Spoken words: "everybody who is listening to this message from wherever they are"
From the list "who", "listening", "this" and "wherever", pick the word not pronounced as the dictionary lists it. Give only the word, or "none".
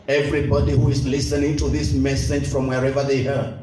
none